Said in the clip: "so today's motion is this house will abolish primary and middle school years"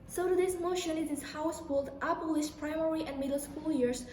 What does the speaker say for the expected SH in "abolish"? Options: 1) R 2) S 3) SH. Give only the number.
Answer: 2